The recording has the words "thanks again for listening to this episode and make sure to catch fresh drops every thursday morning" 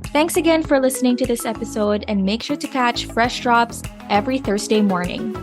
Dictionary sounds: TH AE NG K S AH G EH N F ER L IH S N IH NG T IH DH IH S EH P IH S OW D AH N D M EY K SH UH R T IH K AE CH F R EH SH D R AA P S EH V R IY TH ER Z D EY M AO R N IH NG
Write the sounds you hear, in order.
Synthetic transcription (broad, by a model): TH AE NG K S AH G EH N F ER L IH S N IH NG T IH DH IH S EH P IH S OW D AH N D M EY K SH UH R T IH K AE CH F R EH SH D R AA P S EH V R IY TH ER Z D EY M AO R N IH NG